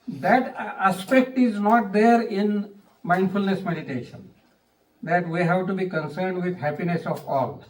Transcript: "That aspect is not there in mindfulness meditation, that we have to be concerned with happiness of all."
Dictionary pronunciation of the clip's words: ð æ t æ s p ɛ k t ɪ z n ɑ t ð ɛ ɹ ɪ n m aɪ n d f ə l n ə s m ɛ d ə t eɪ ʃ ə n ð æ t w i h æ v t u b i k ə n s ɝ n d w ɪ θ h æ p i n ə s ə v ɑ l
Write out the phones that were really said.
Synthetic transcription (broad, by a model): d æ t æ s p ɛ k t ɪ z n ɑ t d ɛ ɹ ɪ n m aɪ n d f ə l n ə s m ɛ d ə t eɪ ʃ ə n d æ t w i h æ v t u b i k ə n s ɝ n d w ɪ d h æ p i n ə s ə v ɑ l